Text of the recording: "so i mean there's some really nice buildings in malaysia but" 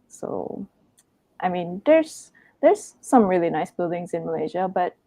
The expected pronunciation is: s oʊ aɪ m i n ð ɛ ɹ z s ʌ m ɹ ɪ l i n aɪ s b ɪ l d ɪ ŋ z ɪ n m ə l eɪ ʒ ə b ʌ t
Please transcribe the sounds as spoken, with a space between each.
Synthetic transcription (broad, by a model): s oʊ aɪ m i n ð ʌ ɹ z s ʌ m ɹ ɪ l i n aɪ s b ɪ l d ɪ ŋ z ɪ n m ə l eɪ ʒ ə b ʌ t